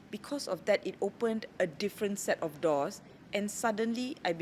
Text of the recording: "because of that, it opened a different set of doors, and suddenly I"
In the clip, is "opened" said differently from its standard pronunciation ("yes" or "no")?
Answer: no